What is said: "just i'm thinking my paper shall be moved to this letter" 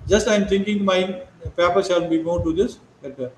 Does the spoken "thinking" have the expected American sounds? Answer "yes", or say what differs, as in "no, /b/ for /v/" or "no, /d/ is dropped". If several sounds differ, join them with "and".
no, /t/ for /θ/